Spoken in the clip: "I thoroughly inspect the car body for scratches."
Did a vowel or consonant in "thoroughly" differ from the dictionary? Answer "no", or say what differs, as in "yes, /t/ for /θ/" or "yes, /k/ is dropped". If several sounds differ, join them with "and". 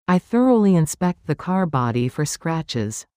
no